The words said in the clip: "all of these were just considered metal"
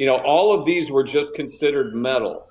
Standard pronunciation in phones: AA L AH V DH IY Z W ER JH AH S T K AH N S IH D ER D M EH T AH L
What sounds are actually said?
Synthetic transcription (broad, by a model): AA L AH V DH IY Z W ER JH AH S K AH N S IH D ER D M EH T L